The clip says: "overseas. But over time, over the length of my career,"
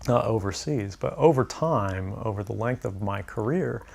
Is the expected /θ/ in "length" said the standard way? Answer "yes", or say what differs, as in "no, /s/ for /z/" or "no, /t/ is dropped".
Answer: yes